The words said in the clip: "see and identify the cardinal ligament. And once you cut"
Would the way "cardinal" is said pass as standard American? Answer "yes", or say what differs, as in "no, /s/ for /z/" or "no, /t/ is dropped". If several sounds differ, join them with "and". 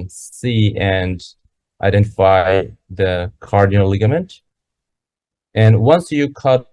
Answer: no, /n/ is dropped